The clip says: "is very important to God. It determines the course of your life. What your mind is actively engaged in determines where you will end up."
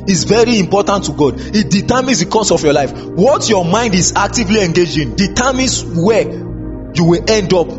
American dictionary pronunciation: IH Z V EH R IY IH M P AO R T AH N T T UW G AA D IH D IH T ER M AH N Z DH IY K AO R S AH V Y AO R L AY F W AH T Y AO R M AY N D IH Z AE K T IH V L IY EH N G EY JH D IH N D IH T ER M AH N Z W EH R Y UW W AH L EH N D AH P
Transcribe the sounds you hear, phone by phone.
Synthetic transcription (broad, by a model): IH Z V EH R IY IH M P AO T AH N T T UW G AA D IH D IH T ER M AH N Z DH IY K AO S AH F Y AO L AY F W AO T Y AO M AY N D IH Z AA K T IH V L IY EH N G EY JH IH N D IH T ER M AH N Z W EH Y UW W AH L EH N D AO P